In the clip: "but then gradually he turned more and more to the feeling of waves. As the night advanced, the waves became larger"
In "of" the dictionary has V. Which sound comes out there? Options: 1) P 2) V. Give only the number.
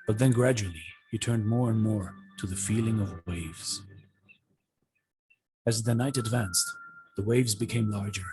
2